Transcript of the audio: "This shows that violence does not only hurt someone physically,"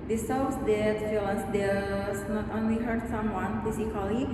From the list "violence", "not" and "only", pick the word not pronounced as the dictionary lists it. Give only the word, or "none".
violence